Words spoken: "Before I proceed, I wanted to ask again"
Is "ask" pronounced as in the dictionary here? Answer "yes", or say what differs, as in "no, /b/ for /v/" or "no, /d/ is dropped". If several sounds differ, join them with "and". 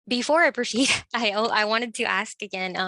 yes